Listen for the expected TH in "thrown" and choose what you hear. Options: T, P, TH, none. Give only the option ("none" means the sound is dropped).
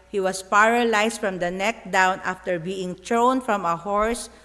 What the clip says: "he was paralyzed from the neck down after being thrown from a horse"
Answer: T